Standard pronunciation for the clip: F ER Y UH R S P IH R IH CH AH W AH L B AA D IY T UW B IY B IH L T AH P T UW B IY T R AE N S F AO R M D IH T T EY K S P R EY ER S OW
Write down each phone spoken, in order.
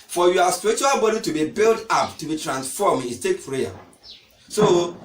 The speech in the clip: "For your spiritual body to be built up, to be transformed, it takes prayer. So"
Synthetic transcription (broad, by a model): F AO Y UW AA S P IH R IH CH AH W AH L B AA D IY T UW B IY B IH L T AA P T UW B IY T R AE N S F AO M IH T T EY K P R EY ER S OW